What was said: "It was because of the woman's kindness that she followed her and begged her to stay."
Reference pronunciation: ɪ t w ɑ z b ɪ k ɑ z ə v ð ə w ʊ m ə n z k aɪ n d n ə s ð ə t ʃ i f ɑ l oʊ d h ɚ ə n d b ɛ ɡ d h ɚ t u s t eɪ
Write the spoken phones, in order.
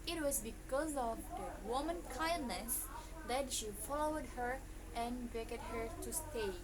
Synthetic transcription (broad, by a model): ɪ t w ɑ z b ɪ k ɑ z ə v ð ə w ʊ m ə n k aɪ n d n ə s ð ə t ʃ i f ɑ l oʊ d h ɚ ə n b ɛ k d h ɚ t u s t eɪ